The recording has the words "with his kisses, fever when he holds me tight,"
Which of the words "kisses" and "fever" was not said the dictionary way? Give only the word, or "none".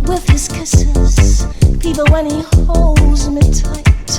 fever